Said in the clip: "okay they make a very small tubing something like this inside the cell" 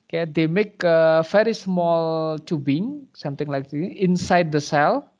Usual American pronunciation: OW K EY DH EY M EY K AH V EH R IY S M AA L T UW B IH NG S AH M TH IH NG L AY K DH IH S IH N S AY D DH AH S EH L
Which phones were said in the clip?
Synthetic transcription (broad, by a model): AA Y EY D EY M EY K AH F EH R IY S M AA L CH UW B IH NG S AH M T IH NG L AY K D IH IH N S AY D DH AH S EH L